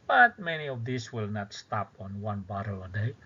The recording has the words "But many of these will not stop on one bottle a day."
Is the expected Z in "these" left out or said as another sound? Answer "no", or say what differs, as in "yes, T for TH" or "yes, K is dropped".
yes, S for Z